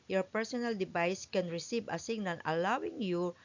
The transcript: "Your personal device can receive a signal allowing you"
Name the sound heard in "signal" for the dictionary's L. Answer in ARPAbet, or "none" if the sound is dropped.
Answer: N